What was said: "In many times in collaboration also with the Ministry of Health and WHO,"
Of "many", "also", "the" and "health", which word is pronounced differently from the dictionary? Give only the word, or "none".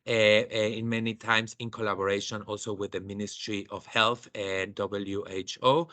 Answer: none